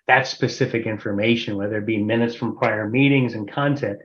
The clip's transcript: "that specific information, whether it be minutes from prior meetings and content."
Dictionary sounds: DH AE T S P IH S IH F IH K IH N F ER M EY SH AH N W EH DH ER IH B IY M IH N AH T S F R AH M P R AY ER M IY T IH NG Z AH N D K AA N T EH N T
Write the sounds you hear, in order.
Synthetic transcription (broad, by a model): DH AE T S P IH S IH F IH K IH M F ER M EY SH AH N W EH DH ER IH B IY M IH N AH T S F R AH M P R AY ER M IY T IH NG Z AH N K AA N T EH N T